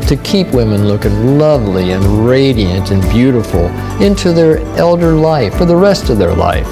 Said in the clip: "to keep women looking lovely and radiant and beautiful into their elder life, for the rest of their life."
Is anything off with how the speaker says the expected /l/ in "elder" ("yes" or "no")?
no